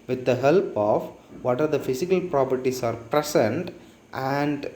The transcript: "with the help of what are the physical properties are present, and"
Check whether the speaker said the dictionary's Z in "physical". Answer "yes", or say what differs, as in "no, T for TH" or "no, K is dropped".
no, S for Z